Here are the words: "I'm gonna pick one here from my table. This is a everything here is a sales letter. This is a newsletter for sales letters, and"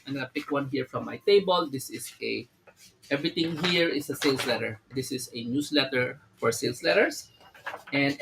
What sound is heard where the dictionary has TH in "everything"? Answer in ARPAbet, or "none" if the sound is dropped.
T